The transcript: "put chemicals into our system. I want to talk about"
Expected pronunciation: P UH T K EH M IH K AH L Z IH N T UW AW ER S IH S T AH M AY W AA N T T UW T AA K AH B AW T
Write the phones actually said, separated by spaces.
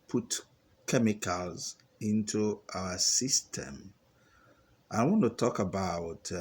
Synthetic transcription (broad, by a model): P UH T K EH M IH K AH L Z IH N T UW AW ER S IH S T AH M AY W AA N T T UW T AA K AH B AW T